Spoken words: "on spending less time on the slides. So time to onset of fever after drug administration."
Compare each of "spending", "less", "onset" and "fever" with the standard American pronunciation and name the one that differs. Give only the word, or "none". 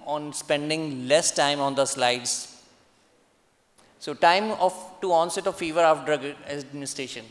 none